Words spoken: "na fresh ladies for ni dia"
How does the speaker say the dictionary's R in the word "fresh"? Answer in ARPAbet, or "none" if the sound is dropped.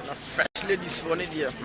none